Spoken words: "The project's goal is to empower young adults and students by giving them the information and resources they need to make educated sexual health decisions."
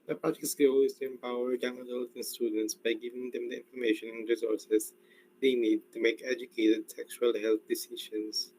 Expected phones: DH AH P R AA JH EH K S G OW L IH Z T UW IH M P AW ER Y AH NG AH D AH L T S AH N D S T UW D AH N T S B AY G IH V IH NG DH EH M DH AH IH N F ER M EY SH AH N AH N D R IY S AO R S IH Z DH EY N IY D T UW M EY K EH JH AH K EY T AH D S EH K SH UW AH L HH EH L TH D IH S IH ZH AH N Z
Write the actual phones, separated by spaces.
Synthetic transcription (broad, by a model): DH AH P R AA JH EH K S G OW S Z T UW IH M P AW ER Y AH NG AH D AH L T AH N S T UW D AH N T S B AY G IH V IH NG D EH M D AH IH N F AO M EY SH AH N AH N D R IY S AO R S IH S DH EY N IY D T UW M EY K EH JH AH K EY T AH D S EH K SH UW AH L HH EH L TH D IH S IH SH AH N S